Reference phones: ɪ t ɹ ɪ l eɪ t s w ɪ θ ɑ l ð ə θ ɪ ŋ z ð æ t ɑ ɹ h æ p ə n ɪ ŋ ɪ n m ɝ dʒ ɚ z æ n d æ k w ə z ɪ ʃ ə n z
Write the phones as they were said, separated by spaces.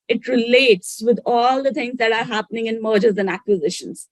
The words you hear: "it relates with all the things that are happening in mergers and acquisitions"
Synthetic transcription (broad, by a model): ɪ t ɹ ɪ l eɪ t s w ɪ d ɑ l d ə t ɪ ŋ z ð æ t ɑ ɹ h æ p ə n ɪ ŋ ɪ n m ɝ dʒ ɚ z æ n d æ k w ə z ɪ ʃ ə n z